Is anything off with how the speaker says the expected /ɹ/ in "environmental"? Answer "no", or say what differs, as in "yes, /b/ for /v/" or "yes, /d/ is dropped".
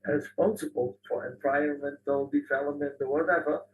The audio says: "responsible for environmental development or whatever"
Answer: yes, /ɹ/ is dropped